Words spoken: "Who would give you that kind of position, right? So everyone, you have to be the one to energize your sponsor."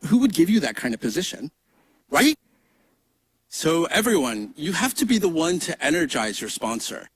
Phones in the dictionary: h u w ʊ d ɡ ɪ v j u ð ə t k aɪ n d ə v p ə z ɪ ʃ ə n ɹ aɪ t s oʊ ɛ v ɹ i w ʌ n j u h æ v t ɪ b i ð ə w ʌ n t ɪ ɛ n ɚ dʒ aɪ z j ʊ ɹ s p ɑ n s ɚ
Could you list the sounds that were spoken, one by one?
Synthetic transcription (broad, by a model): h u w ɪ d ɡ ɪ v j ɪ ð ə t k aɪ n d ə v p ə z ɪ ʃ ə n ɹ aɪ t s oʊ ɛ v ɹ i w ʌ n j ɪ h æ f t ɪ b i ð ə w ʌ n t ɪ ɛ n ɚ dʒ aɪ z j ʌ ɹ s p ɑ n s ɚ